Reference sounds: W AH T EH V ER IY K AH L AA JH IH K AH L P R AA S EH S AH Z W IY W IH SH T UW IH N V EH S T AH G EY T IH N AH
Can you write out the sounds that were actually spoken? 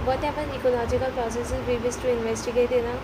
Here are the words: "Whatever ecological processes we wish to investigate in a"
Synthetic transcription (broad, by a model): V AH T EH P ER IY K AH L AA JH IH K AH L P R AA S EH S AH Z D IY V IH S T UW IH N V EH S T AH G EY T IH N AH